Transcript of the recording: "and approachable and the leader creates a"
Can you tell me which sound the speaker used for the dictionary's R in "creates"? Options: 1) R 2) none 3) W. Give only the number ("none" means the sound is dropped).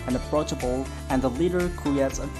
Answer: 2